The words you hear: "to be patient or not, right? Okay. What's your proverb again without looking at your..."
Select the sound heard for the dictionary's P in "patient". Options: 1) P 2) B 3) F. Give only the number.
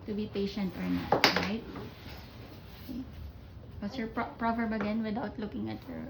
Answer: 1